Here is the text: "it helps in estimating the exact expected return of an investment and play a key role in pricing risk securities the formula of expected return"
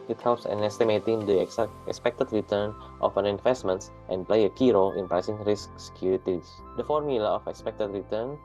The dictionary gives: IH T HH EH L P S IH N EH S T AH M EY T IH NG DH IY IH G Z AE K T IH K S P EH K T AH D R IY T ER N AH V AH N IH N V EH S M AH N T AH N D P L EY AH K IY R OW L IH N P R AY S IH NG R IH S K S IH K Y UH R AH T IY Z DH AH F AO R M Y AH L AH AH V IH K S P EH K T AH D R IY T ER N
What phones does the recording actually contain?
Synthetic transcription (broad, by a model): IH T HH EH L P S IH N EH S T AH M EY T IH NG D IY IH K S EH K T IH K S P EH K T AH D R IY T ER N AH F AH N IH N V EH S M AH N T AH N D P L EY AH K IY R OW L IH N P R AY S IH NG R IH S K S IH K Y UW R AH T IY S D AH F AO R M Y AH L AH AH F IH K S P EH K T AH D R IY T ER N